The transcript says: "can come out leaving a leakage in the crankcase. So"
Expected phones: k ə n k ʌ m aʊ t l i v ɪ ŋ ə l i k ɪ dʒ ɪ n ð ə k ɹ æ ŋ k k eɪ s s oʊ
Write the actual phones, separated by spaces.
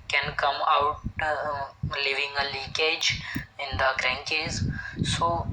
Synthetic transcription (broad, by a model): k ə n k ʌ m aʊ t l i v ɪ ŋ ə l i k ɪ dʒ ɪ n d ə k ɹ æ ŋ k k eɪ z s oʊ